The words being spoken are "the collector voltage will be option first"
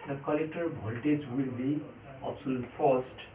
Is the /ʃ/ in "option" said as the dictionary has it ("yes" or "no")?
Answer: no